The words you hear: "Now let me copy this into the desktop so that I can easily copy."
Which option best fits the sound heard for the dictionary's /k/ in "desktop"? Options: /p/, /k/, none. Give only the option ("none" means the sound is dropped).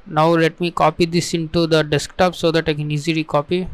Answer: /k/